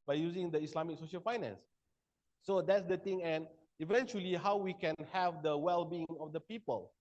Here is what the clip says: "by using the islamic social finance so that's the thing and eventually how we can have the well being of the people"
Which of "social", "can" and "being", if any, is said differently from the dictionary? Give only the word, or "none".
none